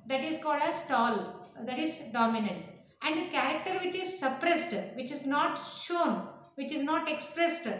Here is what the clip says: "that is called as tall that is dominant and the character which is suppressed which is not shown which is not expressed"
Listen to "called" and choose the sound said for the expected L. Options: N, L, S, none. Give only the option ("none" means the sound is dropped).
L